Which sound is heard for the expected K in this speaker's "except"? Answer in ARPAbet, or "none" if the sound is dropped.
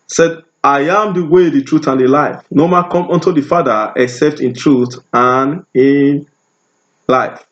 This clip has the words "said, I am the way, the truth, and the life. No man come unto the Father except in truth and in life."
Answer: K